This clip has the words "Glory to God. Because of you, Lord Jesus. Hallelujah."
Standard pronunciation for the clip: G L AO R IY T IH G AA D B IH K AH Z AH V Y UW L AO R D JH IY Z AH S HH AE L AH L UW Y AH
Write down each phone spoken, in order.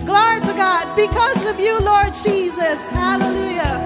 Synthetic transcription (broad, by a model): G L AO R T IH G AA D B IH K AH Z AH V Y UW L AO R D JH IY Z AH S HH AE L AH L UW Y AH